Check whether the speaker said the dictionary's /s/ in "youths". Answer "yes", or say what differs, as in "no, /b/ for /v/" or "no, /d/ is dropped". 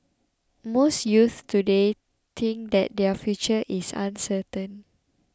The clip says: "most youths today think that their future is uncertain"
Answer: no, /s/ is dropped